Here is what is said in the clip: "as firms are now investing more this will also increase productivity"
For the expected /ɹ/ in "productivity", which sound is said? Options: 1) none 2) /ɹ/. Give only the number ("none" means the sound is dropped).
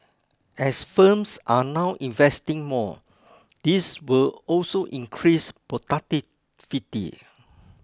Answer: 1